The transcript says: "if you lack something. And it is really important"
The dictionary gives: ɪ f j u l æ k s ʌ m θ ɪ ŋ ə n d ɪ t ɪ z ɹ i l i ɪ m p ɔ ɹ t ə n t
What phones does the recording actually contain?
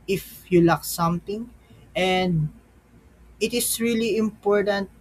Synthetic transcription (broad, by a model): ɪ f j u l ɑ k s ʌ m t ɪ ŋ ə n d ɪ t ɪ s ɹ i l i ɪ m p ɔ ɹ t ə n t